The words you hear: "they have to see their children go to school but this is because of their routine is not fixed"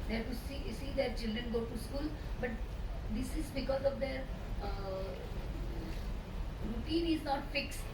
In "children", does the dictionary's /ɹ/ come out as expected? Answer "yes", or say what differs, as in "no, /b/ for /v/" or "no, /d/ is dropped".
yes